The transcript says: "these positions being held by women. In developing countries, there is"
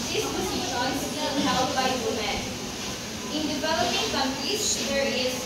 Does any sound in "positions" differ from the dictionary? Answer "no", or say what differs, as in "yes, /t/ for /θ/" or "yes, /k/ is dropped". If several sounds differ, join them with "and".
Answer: yes, /ʃ/ is dropped